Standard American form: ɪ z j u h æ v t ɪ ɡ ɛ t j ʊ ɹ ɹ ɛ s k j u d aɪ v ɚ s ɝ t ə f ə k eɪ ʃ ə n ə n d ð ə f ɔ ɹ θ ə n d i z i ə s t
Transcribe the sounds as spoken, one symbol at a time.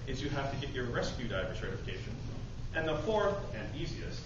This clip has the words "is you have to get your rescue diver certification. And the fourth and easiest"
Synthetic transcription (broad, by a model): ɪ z j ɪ h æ f t ɪ ɡ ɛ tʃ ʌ ɹ ɹ ɛ s k j u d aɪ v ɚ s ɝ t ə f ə k eɪ ʃ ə n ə n ð ə f ɔ ɹ θ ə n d i z i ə s t